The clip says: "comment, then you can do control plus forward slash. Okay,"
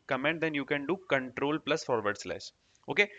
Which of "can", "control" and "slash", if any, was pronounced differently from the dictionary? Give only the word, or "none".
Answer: slash